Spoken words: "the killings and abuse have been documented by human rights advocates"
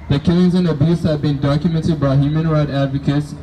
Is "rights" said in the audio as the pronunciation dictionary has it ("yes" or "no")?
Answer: no